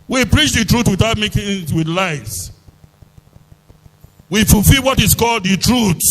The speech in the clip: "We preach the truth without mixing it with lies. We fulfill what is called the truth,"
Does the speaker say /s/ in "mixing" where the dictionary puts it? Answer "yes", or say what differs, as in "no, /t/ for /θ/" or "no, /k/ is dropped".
no, /s/ is dropped